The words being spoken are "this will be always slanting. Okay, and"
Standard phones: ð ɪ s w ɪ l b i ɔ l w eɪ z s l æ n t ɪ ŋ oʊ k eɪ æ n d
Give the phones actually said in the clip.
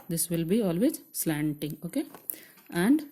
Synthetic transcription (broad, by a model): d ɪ s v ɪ l b i ɔ l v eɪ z s l æ n t ɪ ŋ oʊ k eɪ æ n d